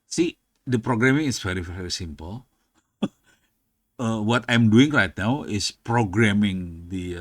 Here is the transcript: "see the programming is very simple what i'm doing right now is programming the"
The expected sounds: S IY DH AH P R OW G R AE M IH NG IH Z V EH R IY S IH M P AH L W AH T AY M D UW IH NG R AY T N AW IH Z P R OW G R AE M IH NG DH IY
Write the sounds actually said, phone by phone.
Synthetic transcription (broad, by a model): S IY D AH P R OW G R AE M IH NG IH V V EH R IY S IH M P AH L W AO T AY M D UW IH NG R AY T N AW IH S P R OW G R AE M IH NG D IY